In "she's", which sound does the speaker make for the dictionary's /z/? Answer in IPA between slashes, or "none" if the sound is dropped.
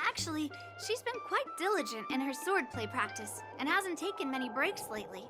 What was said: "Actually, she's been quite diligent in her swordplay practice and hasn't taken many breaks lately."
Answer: /z/